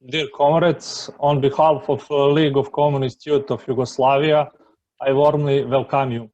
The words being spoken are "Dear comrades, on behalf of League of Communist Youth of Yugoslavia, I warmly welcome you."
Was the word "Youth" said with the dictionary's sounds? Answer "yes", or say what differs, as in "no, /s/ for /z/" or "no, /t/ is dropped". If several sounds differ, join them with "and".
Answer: no, /t/ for /θ/